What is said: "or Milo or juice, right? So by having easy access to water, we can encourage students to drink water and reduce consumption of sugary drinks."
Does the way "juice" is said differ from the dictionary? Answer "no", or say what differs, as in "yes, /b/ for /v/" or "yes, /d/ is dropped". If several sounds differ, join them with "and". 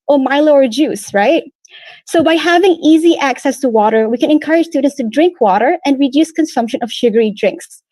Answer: no